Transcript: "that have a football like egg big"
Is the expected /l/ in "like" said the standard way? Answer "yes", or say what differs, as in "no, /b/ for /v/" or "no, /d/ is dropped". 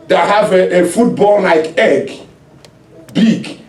no, /n/ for /l/